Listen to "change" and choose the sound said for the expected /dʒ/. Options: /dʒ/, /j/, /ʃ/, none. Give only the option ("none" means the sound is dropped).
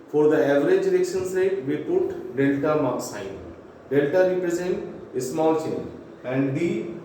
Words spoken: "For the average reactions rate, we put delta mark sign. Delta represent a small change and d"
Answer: none